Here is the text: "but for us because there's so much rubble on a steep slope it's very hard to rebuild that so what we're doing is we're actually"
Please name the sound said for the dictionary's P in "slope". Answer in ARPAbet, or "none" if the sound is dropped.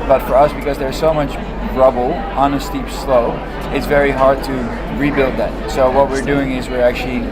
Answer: none